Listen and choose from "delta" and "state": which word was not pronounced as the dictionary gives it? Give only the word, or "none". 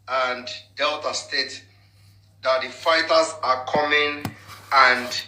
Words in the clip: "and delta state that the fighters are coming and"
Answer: none